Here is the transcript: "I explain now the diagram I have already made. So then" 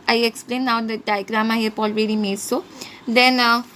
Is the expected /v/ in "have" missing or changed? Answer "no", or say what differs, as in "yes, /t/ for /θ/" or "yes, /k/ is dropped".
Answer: yes, /p/ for /v/